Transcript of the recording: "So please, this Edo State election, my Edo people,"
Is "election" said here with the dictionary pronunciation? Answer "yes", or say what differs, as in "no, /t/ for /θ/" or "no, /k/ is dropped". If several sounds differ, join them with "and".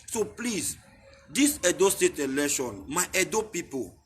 no, /k/ is dropped